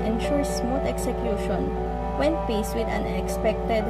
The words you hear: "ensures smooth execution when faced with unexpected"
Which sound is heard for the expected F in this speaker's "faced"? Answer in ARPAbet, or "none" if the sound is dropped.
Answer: P